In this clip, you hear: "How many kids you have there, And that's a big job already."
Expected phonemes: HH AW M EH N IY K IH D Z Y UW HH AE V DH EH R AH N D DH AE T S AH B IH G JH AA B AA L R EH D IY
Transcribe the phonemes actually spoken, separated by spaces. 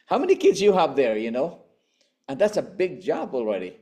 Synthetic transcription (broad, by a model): HH AW M EH N IY K IH D Z Y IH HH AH V DH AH R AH N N DH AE T S AH B IH G JH AA B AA L R EH D IY